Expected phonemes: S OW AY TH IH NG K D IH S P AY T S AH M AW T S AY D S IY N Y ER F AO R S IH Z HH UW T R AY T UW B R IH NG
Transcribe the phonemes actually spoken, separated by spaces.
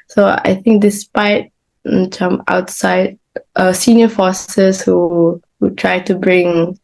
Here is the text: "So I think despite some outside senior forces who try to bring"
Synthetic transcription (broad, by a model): S OW AY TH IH NG K D IH S P AY T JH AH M AW T S AY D S IY N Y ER F AO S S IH HH UW T R AY T UW B R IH NG